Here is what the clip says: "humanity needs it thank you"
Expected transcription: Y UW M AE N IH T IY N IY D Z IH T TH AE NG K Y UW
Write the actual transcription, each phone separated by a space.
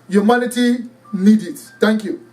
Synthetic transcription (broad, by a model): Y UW M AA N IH T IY N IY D IH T T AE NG K Y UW